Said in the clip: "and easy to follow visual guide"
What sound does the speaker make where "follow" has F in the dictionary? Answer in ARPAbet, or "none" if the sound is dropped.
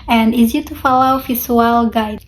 F